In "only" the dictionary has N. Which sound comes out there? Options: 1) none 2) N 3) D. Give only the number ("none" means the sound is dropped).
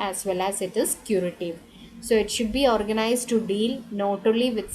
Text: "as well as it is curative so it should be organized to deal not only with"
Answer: 1